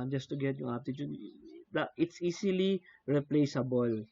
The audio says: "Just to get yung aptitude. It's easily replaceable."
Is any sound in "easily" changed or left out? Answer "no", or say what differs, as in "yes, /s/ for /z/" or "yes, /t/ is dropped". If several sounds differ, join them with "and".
yes, /s/ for /z/